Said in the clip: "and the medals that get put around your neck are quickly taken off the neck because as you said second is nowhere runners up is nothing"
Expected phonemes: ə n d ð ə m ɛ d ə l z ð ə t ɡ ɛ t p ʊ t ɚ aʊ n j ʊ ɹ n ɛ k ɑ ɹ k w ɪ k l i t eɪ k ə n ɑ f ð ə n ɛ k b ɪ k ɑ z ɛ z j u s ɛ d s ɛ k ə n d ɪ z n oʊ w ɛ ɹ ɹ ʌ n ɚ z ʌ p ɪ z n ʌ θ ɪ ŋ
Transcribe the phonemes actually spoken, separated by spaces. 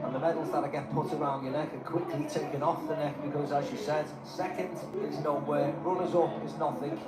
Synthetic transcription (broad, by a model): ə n ð ə m ɛ d l z ð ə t ɡ ɛ t p ʊ t ɚ aʊ n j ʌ n ɛ k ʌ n k w ɪ k l i t eɪ k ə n ɑ f ð ə n ɛ k b ɪ k ɑ z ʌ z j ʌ s ɛ d s ɛ k ə n d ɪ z n oʊ w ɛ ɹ ɹ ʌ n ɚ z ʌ p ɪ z n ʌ θ ɪ ŋ